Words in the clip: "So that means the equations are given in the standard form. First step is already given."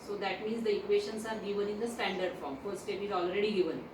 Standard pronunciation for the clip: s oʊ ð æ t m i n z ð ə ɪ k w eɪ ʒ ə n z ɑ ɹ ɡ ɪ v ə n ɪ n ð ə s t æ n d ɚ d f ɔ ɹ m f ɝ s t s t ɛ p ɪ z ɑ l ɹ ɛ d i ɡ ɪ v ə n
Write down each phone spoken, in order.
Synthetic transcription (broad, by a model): s oʊ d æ t m i n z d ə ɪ k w eɪ ʃ ə n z ɑ ɹ ɡ ɪ v ə n ɪ n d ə s t æ n d ɚ d f ɔ ɹ m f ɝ t s t ɛ p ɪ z ɑ l ɹ ɛ d i ɡ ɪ v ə n